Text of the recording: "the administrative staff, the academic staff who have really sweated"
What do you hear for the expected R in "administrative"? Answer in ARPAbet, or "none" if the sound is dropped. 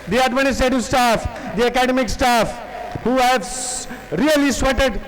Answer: none